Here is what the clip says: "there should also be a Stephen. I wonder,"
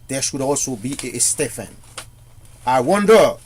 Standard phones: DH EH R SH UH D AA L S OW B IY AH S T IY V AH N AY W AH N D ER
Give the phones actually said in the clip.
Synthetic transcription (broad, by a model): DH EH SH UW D AA L S OW B IY AH S T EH F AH N AY W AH N D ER